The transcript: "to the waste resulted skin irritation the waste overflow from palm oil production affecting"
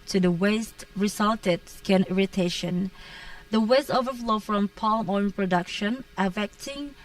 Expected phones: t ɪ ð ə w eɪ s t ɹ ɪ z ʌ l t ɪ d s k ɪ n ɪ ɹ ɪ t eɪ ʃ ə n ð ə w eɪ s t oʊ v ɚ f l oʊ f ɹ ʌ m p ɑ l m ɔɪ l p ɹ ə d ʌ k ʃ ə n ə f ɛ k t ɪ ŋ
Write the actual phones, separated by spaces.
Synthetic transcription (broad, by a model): t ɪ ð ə w eɪ s t ɹ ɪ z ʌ l t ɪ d s k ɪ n ɪ ɹ ɪ t eɪ ʃ ə n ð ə w eɪ s t oʊ v ɚ f l oʊ f ɹ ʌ m p ɑ l m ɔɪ n p ɹ ə d ʌ k ʃ ə n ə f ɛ k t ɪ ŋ